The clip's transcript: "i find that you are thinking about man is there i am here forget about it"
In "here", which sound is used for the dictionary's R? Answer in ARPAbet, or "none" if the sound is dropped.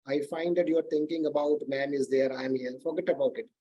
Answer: L